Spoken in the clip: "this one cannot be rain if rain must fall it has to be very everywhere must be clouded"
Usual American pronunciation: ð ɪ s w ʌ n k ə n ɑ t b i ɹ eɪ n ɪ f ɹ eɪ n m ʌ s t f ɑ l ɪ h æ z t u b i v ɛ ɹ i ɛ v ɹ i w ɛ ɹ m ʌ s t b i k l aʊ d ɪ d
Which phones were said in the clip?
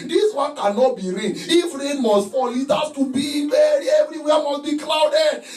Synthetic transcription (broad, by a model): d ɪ s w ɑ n k ə n ɑ t b i ɹ eɪ n ɪ f ɹ eɪ n m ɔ s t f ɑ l ɪ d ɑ s t u b i b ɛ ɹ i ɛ v ɹ i w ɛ m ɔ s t b i k l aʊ d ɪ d